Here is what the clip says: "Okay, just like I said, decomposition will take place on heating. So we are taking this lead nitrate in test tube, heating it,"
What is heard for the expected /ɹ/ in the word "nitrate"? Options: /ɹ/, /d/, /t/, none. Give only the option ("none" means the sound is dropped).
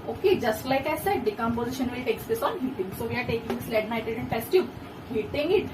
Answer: none